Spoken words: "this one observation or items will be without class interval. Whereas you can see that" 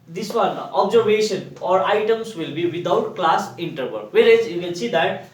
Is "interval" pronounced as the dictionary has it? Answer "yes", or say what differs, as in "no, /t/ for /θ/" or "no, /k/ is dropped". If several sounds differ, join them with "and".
no, /b/ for /v/